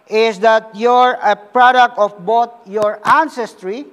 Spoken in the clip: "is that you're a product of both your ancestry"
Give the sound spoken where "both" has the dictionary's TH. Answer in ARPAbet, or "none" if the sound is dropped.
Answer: T